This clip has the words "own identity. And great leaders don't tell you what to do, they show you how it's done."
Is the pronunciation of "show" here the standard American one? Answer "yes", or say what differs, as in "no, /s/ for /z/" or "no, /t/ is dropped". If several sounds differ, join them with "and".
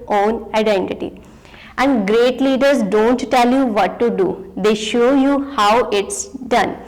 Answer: yes